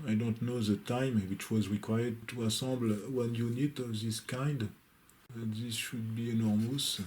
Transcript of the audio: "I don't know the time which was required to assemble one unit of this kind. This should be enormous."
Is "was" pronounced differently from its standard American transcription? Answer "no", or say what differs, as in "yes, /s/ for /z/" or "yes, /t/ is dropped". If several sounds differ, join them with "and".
no